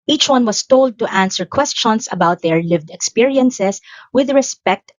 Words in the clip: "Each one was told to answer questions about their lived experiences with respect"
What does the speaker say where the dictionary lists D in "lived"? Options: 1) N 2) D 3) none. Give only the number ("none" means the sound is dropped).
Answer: 2